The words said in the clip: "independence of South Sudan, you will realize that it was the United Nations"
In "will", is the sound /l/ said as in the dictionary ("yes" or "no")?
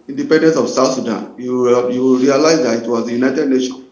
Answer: no